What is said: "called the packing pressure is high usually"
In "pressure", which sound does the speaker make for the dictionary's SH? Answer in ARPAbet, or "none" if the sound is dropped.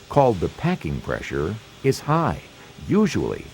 SH